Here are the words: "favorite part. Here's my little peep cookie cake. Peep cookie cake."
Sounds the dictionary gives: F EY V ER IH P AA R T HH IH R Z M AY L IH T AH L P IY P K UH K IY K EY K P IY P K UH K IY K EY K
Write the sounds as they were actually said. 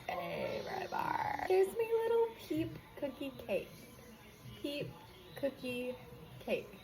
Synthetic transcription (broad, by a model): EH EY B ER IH B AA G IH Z M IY L IH T L P IY P K UH K IY K EY K P IY P K UH K IY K EY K